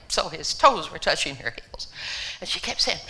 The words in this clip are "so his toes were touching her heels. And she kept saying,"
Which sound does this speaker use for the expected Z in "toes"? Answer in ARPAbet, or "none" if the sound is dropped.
Z